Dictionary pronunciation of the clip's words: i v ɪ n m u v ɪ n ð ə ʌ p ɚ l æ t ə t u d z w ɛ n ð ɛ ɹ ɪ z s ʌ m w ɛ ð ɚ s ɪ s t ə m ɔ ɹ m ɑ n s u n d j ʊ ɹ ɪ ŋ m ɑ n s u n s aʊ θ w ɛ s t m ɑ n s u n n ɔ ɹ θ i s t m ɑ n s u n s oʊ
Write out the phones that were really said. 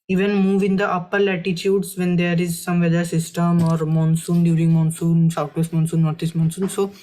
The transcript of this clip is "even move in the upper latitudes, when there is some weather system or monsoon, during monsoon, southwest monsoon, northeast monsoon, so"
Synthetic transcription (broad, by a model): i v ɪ n m u v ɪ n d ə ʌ p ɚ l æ t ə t u d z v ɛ n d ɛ ɹ ɪ z s ʌ m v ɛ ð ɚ s ɪ s t ə m ɔ ɹ m ɑ n s u n d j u ɹ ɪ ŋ m ɑ n s u n s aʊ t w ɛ s t m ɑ n s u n n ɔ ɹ t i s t m ɑ n s u n s oʊ